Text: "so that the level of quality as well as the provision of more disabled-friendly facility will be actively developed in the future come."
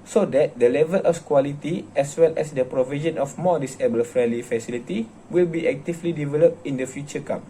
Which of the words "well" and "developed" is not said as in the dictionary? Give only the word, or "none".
none